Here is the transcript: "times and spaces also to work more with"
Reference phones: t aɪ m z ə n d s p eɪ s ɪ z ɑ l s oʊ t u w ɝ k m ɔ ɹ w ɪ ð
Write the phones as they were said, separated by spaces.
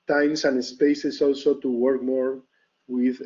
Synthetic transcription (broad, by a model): t aɪ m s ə n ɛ s p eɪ s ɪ s ɑ l s oʊ t u w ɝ k m ɔ ɹ w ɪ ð